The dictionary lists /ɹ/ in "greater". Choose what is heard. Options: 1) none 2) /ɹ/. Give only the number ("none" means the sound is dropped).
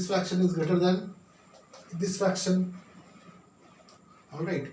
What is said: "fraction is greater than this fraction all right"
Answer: 1